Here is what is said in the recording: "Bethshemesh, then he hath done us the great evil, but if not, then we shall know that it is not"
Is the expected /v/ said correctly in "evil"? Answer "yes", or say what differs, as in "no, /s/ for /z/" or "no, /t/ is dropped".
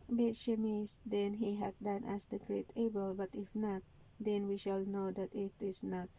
no, /b/ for /v/